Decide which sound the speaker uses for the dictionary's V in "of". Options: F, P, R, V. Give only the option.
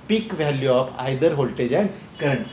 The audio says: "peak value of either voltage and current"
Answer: P